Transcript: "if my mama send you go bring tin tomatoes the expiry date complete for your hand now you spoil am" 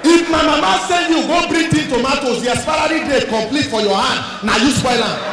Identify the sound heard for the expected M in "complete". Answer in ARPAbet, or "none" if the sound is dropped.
M